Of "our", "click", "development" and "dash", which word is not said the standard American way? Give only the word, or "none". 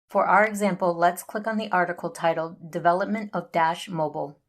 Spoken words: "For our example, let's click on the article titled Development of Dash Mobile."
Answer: none